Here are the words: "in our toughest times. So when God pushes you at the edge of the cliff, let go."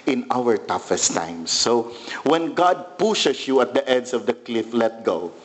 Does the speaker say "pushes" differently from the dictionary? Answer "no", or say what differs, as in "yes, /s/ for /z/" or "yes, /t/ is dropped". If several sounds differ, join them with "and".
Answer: yes, /s/ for /z/